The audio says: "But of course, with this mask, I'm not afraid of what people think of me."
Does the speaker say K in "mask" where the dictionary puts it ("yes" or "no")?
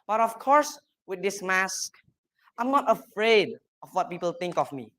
yes